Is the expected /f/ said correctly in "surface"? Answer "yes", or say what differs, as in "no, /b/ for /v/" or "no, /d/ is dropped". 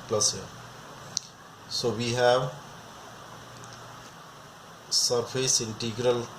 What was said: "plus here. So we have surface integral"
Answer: no, /p/ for /f/